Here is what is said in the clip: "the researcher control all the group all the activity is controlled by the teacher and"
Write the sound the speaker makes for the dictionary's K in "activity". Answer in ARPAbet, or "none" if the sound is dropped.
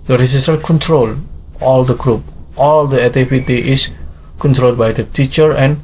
none